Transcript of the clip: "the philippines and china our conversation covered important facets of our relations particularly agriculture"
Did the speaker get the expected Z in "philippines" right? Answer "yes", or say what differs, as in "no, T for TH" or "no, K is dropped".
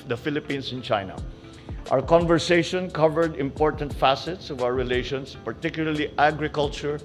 no, S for Z